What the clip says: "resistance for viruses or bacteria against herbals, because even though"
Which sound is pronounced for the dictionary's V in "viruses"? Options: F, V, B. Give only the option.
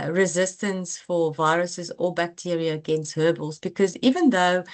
V